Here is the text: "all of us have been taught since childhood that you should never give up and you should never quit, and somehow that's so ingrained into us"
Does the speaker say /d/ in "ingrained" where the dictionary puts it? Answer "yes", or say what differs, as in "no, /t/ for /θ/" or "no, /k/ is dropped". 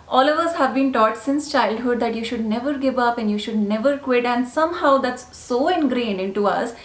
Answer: no, /d/ is dropped